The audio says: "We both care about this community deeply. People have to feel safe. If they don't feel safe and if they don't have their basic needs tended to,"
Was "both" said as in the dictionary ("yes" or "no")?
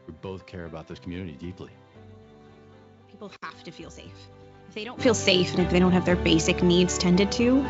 yes